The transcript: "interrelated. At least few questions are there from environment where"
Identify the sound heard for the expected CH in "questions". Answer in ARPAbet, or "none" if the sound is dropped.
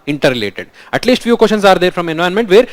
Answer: SH